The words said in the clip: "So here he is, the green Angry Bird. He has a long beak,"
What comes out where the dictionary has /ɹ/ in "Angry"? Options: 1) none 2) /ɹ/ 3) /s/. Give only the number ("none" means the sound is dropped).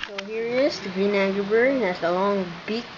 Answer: 1